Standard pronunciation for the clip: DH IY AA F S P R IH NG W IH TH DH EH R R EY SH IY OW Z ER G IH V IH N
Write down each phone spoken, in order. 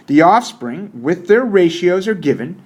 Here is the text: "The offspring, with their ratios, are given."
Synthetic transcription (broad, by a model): DH IY AA F S P R IH NG W IH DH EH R R EY SH IY OW Z ER G IH V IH N